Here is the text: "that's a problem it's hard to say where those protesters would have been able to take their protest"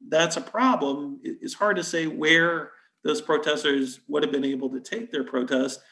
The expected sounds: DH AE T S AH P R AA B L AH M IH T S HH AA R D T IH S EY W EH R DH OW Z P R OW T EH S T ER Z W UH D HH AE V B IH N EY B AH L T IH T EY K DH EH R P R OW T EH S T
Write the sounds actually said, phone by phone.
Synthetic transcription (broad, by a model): DH AE T S AH P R AA B L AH M IH T S HH AA R D T IH S EY W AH R DH OW Z P R OW T EH S T ER Z W UH D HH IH V B IH N EY B L T IH T EY K DH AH R P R OW T EH S T